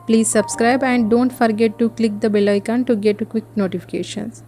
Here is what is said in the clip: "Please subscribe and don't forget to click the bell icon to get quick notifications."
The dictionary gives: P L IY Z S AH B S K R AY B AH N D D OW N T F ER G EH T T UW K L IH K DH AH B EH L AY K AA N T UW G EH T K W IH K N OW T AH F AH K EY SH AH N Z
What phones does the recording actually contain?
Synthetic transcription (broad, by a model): P L IY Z S AH B S K R AY B AH N D D OW N T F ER G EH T T UW K L IH K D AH B EH L AY K AA N T UW G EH T K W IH K N OW T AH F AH K EY SH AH N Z